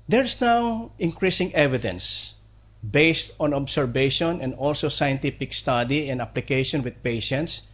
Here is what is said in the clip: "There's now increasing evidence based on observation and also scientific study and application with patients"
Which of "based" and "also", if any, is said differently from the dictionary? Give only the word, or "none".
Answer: none